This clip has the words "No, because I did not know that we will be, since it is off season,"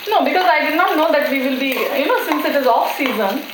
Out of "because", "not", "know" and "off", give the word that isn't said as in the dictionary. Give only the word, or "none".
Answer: none